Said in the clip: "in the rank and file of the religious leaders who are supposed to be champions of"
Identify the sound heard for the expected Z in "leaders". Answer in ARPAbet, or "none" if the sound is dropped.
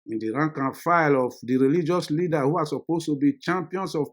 none